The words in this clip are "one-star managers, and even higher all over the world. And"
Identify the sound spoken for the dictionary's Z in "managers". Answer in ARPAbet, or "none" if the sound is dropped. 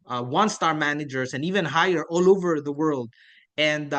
S